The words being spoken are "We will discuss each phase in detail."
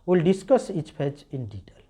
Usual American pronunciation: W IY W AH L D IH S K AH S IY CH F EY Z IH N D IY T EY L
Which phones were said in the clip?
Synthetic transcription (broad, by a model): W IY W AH L D IH S K AH S IY CH P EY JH IH N D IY T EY L